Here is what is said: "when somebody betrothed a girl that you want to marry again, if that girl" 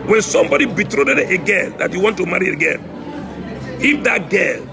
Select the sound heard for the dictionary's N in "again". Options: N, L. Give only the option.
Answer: L